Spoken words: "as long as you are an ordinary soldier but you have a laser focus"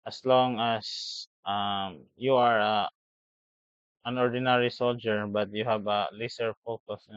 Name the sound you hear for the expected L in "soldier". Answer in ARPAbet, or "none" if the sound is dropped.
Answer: L